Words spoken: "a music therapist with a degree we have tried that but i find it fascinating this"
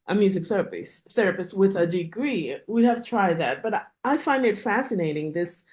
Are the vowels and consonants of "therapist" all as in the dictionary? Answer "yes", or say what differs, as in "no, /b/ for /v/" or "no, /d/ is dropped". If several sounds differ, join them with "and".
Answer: yes